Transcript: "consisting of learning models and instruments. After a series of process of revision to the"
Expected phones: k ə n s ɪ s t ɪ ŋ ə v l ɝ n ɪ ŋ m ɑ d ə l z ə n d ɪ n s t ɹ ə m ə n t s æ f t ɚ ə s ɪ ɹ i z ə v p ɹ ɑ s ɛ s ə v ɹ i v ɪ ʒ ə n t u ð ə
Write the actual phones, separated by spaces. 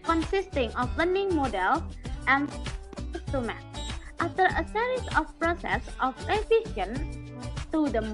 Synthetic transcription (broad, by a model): k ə n s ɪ s t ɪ ŋ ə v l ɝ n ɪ ŋ m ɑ d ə l s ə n n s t ə m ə t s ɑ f t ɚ ə s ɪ ɹ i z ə f p ɹ ɑ s ɛ s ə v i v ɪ ʃ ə n t u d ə